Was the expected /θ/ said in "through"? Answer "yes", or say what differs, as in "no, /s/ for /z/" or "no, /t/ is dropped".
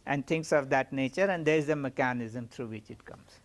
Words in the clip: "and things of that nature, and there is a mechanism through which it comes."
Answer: no, /t/ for /θ/